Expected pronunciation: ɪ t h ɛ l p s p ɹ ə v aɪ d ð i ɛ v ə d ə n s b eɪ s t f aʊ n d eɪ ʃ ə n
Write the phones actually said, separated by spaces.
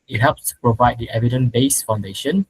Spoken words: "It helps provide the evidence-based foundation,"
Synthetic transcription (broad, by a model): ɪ t h ɛ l p s p ɹ ə v aɪ d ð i ɛ v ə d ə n b eɪ s f aʊ n d eɪ ʃ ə n